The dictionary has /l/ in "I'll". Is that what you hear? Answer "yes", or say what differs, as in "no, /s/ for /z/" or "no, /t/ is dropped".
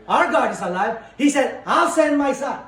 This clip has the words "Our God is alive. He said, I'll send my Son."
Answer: no, /w/ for /l/